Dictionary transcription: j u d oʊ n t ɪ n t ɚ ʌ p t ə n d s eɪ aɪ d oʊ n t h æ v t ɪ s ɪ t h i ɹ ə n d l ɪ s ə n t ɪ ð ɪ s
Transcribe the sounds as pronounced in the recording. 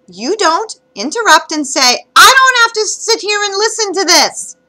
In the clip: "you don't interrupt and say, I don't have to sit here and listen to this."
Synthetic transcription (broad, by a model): j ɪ d oʊ n t ɪ n t ɚ ʌ p t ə n s eɪ aɪ d oʊ n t h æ f t ɪ s ɪ t h i ɹ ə n l ɪ s ə n t ɪ ð ɪ s